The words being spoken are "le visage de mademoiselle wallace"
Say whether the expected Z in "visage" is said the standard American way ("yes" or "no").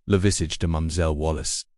no